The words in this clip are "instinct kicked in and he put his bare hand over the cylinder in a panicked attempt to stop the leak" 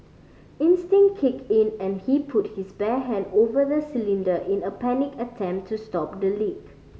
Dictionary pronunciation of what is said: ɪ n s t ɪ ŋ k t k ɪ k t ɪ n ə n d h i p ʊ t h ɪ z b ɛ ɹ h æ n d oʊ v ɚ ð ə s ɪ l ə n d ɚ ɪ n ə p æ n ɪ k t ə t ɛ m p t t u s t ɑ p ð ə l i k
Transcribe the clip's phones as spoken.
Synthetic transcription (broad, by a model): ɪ n s t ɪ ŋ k k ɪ k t ɪ n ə n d h i p ʊ t h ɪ s b ɛ h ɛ n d oʊ v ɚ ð ə s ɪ l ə n d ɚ ɪ n ə p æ n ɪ k ə t ɛ m p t t u s t ɑ p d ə l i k